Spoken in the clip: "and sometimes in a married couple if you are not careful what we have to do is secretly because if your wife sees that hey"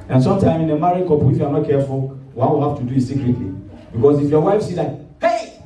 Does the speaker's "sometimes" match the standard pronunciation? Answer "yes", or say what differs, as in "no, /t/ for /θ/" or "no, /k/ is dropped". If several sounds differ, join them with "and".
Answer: no, /z/ is dropped